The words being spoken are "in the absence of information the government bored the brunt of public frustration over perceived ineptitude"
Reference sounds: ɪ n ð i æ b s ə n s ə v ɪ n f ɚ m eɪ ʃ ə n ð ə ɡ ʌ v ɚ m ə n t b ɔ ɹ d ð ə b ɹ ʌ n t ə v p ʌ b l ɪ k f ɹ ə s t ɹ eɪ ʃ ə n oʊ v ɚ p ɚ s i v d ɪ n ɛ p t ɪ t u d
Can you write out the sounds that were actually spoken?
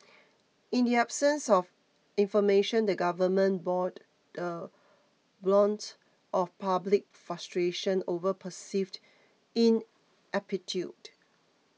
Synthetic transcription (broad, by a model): ɪ n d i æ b s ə n s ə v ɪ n f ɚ m eɪ ʃ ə n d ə ɡ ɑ v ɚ m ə n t b ɔ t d ə b l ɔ n t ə f p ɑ b l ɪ k f ɹ ə s t ɹ eɪ ʃ ə n oʊ v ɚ p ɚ s i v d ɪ n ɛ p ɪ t u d